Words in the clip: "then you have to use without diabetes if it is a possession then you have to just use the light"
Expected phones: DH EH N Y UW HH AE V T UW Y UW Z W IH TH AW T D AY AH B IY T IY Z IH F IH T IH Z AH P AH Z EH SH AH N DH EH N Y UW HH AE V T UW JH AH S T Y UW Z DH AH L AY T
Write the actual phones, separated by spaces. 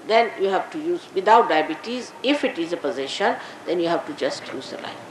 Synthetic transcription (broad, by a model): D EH N Y UW HH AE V T UW Y UW Z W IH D AW T D AY AH B IY T IY Z IH F IH T IH Z AH P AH Z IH SH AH N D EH N Y UW HH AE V T UW JH AH S T Y UW Z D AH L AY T